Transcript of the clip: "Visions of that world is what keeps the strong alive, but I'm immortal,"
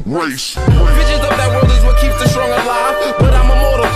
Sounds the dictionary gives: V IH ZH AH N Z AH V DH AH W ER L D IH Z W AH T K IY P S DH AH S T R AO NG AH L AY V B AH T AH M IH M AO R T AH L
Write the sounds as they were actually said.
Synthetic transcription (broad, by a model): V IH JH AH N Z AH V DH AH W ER D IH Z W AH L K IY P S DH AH S T R AO NG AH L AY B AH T AH M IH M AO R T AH